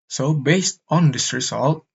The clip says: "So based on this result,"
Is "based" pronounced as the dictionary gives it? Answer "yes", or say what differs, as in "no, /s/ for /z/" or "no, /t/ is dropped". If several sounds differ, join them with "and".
yes